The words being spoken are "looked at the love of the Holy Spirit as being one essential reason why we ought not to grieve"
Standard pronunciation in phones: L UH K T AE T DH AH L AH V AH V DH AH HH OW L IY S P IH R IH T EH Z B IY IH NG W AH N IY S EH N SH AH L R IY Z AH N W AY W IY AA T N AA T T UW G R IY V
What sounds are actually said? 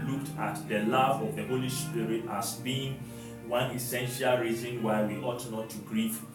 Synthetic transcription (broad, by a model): L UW K T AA T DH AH L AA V AH V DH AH HH OW L IY S P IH R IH T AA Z B IY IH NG W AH N IY S EH N SH AH L R IY Z AH N W AY W IY AA T N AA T T UW G R IY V